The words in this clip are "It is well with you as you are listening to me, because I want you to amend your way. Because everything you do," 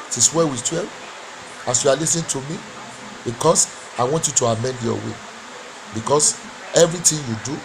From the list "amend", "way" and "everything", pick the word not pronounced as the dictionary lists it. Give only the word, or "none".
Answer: everything